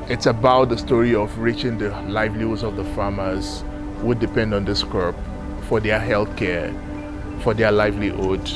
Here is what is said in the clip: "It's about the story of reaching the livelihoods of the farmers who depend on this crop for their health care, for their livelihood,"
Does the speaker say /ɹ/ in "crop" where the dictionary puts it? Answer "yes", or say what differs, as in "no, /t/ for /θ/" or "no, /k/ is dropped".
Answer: no, /ɹ/ is dropped